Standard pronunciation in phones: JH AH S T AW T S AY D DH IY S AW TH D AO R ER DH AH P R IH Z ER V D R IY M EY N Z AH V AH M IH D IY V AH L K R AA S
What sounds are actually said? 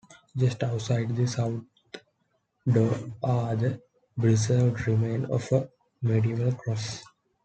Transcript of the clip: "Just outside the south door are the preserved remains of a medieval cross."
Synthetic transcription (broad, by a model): JH AH S T AW T S AY D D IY S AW T D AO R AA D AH B R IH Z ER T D R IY M EY N AH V AH M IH D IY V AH L K R AA S